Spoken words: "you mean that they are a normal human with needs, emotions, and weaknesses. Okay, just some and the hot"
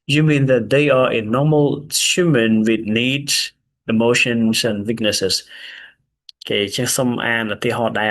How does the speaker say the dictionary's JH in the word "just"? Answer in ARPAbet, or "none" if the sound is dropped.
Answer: CH